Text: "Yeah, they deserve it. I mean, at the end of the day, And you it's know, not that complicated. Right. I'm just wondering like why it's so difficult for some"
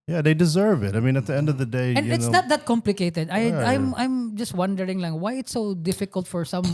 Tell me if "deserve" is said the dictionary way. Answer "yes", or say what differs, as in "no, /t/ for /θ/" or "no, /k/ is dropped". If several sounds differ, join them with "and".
yes